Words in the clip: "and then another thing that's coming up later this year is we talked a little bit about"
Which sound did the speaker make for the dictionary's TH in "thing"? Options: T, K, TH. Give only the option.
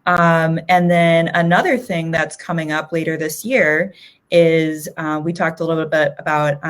TH